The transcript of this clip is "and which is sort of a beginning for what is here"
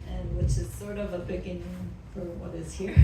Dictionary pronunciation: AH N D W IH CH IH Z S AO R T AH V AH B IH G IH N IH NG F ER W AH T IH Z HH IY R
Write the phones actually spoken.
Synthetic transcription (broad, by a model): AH N W IH CH IH Z S AO R T AH V AH B IH G IH N IH NG F ER W AH T IH Z HH IY R